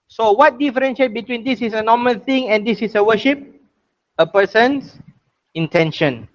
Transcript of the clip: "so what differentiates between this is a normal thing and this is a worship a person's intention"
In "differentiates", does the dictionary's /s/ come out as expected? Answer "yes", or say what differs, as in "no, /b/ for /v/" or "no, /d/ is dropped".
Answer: no, /s/ is dropped